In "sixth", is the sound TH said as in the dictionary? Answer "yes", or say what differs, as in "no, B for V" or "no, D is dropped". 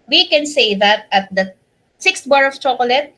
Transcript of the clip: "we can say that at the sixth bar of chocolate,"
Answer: no, T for TH